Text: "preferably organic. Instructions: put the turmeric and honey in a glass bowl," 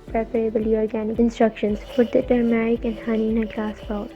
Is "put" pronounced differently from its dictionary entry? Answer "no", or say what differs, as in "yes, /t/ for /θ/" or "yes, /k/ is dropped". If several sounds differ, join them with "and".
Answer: yes, /f/ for /p/